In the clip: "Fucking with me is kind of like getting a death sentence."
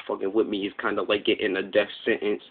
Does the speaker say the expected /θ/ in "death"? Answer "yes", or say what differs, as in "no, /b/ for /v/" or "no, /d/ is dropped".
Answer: no, /f/ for /θ/